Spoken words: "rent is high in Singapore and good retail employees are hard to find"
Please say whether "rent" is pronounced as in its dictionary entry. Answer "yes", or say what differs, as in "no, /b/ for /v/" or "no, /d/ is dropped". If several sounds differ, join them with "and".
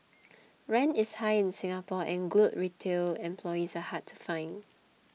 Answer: no, /t/ is dropped